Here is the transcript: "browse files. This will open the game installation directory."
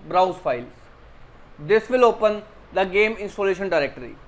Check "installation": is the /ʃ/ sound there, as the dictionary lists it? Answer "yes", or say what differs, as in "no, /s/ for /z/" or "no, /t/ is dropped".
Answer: yes